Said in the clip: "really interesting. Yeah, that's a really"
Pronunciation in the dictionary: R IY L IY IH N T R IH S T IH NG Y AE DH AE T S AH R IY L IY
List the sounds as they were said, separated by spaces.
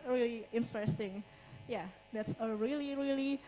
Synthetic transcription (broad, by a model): R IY L IY IH N T R IH S T IH NG Y AE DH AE T S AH R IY L IY